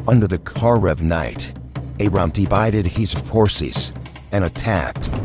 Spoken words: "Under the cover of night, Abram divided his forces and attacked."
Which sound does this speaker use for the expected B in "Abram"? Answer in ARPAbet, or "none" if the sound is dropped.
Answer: none